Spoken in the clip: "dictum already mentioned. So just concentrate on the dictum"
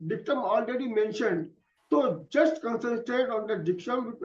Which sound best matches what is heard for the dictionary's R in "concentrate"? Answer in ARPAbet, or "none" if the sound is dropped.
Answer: none